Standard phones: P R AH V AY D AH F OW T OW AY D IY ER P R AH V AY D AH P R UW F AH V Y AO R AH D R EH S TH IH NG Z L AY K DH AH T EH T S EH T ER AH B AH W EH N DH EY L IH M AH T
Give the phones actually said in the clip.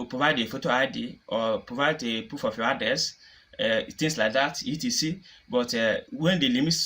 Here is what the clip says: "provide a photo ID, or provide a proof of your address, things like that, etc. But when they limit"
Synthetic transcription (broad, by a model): P R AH V AY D AH F OW T OW AY D IY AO P R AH V AY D AH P UW F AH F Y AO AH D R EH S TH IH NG S L AY K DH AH T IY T S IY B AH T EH W EH N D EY L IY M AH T